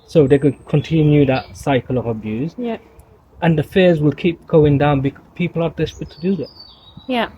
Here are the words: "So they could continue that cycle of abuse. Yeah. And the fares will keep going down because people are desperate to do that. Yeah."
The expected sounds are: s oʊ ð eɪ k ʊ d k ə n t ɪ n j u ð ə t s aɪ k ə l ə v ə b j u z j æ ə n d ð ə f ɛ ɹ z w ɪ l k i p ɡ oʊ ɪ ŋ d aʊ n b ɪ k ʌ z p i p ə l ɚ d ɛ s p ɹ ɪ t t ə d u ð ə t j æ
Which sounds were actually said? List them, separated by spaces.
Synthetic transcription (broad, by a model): s oʊ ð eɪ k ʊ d k ə n t ɪ n j u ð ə t s aɪ k ə l ə v ə b j u z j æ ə n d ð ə f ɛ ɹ z w ɪ l k i p ɡ oʊ ɪ ŋ d aʊ n b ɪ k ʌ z p i p ə l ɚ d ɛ s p ɪ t t ə d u ð ə t j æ